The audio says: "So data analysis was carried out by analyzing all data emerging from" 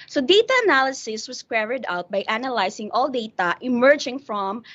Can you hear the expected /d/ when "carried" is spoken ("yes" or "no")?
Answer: yes